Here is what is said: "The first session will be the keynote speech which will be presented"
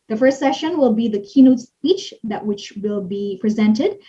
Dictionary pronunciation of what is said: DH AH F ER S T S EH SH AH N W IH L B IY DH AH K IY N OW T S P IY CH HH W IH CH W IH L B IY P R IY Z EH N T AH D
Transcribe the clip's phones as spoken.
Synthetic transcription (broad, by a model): DH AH F ER S T S EH SH AH N W IH L B IY DH AH K IY N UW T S IY CH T W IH CH W IH L B IY P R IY Z EH N T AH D